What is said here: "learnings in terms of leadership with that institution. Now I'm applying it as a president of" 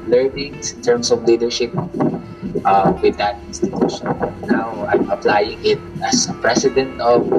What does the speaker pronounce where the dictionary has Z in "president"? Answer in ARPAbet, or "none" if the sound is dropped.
S